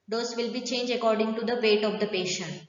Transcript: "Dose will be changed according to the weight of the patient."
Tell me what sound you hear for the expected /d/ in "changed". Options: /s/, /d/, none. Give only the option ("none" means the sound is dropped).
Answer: none